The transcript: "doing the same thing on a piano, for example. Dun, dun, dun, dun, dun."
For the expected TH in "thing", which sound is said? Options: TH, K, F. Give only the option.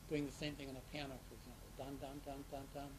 TH